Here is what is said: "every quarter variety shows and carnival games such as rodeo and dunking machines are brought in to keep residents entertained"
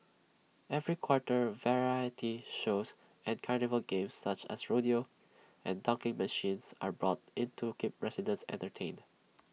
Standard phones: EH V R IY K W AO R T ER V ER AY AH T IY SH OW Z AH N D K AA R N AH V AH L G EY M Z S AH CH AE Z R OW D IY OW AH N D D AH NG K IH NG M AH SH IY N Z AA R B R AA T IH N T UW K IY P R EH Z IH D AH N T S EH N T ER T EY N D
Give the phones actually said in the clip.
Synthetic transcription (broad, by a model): EH V R IY K W AO R T ER V ER AY AH T IY SH OW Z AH N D K AA R N AH V AH L G EY M S AH CH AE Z R OW D IY OW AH N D D AH NG K IH NG M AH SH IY N S AA R B R AA T IH N T UW K IY P R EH S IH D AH N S EH N T ER T EY N D